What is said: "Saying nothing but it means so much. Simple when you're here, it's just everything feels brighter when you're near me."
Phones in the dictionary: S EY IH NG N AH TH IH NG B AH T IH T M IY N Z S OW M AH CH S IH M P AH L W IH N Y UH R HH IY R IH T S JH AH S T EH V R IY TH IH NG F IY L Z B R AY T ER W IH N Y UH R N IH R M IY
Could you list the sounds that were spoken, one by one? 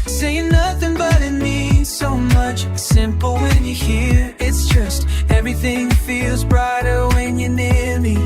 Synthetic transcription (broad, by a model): S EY IH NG N AH TH IH NG B AH T IH T M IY S OW M AH CH S IH M P L W IH N Y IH HH IY R IH T S JH AH S T EH V R IY TH IH NG F IY L Z B R AY T ER W IH N Y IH N IH R M IY